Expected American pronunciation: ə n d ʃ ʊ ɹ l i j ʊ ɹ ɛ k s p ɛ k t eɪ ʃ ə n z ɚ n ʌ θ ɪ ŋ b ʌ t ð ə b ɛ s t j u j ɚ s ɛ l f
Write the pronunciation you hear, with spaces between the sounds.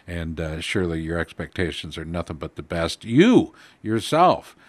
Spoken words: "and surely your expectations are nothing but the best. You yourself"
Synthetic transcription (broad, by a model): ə n ʃ ʊ ɹ l i j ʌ ɹ ɛ k s p ɛ k t eɪ ʃ ə n z ɚ n ʌ θ ɪ ŋ b ʌ t ð ə b ɛ s t j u j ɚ s ɛ l f